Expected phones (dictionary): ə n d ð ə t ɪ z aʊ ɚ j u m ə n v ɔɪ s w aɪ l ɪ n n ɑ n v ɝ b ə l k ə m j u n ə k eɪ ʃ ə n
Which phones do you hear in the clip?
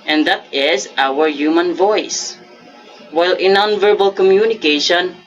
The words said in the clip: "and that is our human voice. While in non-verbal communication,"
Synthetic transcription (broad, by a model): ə n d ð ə t ɪ z aʊ ɚ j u m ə n v ɔɪ s w aɪ l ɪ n n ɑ n v ɝ b ə l k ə m j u n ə k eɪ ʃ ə n